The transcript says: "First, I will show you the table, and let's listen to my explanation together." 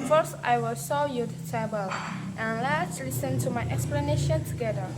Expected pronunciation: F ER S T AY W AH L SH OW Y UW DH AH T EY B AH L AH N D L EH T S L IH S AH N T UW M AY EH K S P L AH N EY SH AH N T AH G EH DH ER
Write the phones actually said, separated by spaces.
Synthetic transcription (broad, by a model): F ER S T AY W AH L S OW Y UW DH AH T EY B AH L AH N L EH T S L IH S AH N T UW M AY EH K S P L AH N EY SH AH N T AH G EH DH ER